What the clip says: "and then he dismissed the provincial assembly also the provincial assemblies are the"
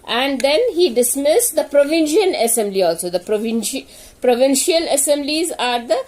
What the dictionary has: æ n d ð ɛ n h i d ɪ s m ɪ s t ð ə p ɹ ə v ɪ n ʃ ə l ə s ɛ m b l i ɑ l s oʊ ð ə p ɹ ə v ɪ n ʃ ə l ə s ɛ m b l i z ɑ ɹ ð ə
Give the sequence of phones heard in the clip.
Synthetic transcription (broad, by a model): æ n d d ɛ n h i d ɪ s m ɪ s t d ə p ɹ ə v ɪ n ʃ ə n ə s ɛ m b l i ɑ l s oʊ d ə p ɹ ə v ɪ n ʃ ə l ə s ɛ m b l i z ɑ ɹ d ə